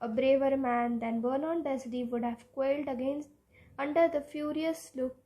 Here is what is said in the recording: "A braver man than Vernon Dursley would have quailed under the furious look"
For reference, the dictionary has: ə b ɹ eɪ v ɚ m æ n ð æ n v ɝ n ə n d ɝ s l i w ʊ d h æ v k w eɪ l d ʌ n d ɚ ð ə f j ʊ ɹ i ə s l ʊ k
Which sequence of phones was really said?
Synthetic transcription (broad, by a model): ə b ɹ eɪ v ɚ m æ n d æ n b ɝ n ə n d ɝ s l i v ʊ d h æ v k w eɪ l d ʌ n d ɚ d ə f j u ɹ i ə s l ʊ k